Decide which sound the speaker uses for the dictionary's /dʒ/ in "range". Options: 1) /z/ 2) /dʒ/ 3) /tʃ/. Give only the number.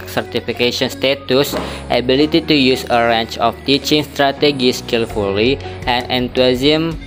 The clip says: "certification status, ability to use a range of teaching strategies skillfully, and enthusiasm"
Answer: 3